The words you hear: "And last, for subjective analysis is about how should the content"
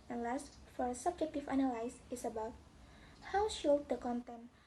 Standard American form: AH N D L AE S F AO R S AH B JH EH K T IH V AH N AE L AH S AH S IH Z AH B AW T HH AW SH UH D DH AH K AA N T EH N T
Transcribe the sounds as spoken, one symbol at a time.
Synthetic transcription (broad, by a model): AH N L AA S F AO R S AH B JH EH K T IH F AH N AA L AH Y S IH S AH B AW T HH AW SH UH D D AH K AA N T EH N